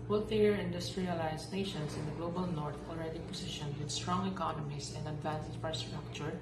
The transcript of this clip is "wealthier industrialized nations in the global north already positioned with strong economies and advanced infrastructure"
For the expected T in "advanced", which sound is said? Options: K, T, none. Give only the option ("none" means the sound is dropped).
none